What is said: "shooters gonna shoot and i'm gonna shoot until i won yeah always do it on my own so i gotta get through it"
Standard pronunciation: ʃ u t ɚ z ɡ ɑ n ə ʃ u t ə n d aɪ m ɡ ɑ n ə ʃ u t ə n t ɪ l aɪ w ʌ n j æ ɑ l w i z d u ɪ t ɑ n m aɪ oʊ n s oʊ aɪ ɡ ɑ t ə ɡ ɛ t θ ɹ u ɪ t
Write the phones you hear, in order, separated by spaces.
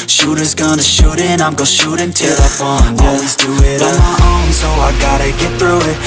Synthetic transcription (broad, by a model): ʃ u t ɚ z ɡ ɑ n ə ʃ u t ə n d aɪ m ɡ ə ʃ u t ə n t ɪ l aɪ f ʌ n ɑ l w i z d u ɪ t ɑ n m aɪ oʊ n s oʊ aɪ ɡ ɑ t ə ɡ ɛ t θ ɹ u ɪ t